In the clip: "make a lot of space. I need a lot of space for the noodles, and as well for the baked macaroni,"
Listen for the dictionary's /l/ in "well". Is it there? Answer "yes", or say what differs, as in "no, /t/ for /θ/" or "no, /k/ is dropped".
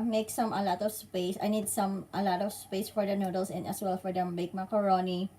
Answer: yes